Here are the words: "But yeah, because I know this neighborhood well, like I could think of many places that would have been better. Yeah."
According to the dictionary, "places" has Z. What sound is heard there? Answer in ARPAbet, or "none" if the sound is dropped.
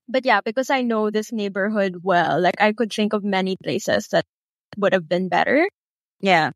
S